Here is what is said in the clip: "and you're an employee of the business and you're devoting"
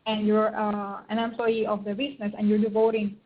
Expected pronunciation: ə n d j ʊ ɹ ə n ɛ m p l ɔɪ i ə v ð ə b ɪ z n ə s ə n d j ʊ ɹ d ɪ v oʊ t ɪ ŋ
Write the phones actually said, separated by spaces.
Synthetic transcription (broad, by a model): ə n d j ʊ ɹ ə n ɛ m p l ɔɪ i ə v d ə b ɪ s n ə s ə n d j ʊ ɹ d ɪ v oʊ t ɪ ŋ